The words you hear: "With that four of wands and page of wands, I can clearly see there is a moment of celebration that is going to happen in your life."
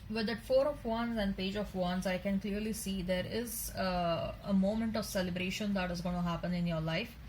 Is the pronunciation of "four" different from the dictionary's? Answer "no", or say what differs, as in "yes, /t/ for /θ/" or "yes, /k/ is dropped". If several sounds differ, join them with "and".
no